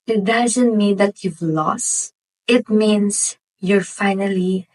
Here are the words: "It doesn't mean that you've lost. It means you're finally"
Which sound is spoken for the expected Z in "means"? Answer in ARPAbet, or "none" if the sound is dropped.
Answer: S